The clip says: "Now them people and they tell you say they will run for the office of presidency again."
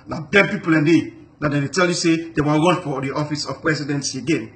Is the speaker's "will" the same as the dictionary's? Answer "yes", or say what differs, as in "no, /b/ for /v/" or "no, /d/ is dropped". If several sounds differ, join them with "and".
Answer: no, /n/ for /l/